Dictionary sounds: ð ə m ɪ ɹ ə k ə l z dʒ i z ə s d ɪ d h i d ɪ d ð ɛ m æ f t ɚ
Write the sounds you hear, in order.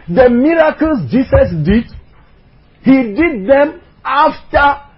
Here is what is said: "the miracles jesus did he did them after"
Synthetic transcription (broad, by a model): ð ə m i ɹ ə k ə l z dʒ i s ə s d ɪ d h i d ɪ d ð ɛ m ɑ f t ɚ